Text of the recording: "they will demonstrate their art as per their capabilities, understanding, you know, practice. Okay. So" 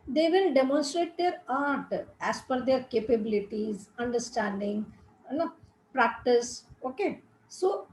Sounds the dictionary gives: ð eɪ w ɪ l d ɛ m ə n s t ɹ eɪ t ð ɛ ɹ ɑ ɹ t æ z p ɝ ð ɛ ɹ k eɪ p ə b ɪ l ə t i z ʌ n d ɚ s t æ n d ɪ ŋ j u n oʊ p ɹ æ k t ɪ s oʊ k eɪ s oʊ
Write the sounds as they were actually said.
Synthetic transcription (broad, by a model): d eɪ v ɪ l d ɛ m ə n s t ɹ eɪ t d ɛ ɹ ɑ ɹ t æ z f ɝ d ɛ ɹ k eɪ p ə b ɪ l ə t i z ʌ n d ɚ s t æ n d ɪ ŋ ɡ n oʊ p ɹ æ k t ɪ s oʊ k eɪ s oʊ